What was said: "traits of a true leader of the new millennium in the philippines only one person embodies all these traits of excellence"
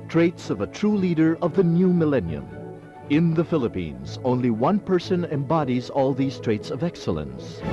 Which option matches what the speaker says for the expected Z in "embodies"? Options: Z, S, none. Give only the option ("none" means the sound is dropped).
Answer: Z